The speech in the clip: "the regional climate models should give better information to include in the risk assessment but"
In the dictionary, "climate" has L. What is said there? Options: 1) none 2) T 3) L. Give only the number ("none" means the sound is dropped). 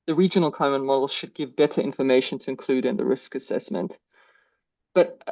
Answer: 1